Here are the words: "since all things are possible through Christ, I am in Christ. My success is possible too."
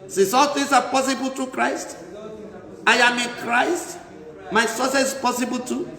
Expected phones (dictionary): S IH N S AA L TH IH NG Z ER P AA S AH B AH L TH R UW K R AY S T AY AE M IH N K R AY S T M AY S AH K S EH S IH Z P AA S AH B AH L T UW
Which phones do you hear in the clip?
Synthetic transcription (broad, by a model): S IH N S AA L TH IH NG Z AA P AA S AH B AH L T R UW K R AY S T AY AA M IH N K R AY S T M AY S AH S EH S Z P AA S AH B AH L T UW